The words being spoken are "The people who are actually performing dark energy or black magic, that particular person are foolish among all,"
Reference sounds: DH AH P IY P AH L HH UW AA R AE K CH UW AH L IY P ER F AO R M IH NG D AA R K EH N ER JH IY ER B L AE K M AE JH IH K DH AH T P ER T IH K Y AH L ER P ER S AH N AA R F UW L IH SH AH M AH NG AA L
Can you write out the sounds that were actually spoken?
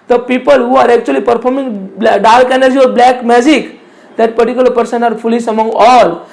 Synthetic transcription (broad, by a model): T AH P IY P AH L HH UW AA R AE K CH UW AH L IY P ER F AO R M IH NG D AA L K EH N ER JH IY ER B L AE K M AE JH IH K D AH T P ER T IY K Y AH L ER P ER S AH N AA R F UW L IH S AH M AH NG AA L